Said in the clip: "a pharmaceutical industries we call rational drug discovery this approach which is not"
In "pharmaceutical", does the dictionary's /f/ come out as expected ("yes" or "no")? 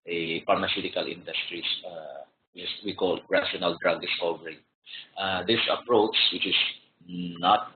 no